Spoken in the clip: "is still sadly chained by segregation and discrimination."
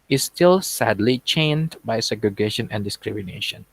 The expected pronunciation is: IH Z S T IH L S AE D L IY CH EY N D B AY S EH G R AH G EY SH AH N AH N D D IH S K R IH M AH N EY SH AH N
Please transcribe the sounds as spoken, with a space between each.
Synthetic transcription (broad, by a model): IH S T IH L S AE D L IY CH EY N D B AY S EH G R AH G EY SH AH N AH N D D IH S K R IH M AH N EY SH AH N